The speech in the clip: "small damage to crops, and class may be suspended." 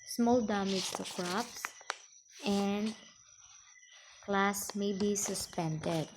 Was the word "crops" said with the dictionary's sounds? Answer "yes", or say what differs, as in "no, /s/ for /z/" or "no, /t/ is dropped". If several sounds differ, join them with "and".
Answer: yes